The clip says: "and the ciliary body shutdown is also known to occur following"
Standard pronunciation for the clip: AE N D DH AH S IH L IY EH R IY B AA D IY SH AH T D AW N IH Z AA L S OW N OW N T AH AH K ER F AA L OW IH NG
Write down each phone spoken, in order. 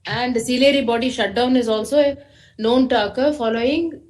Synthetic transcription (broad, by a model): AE N D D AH S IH L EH R IY B AA D IY SH AH T D AW N IH Z AA L S OW N OW N T AH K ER F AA L OW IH NG